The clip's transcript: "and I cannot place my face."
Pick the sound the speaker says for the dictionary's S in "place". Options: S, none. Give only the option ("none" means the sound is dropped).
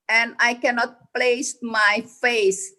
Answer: S